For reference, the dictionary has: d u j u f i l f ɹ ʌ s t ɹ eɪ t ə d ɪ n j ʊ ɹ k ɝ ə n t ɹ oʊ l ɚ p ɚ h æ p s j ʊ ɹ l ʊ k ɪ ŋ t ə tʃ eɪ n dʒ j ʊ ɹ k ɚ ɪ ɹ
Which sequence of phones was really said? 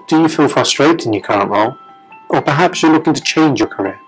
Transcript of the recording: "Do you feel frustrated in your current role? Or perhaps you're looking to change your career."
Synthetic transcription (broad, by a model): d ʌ j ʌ f i l f ɹ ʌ s t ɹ eɪ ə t ɪ n j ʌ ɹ k ɝ ə n t l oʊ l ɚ p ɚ h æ p s j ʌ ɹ l ʊ k ɪ ŋ t ə tʃ eɪ n dʒ j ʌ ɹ k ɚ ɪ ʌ